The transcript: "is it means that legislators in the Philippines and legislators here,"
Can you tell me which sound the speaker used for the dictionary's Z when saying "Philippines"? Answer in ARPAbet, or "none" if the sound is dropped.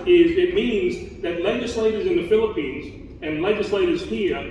Z